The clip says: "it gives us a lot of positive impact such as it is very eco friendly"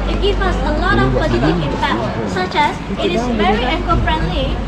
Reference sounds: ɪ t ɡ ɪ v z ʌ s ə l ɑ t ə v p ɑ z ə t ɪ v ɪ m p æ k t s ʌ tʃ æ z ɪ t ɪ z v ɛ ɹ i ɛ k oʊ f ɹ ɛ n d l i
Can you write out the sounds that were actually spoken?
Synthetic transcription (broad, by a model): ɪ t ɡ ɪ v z ʌ s ə l ɑ t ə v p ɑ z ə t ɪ ɪ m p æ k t s ʌ tʃ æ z ɪ t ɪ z v ɛ ɹ i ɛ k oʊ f ɹ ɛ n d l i